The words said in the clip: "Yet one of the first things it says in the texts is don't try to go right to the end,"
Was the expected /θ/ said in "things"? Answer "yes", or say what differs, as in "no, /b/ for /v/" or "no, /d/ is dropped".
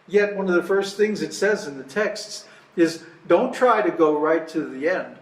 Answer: yes